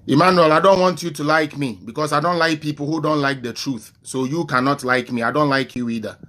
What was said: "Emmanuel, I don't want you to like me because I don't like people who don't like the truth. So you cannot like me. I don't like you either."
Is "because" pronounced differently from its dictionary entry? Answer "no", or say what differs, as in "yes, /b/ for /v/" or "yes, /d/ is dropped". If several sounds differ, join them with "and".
yes, /s/ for /z/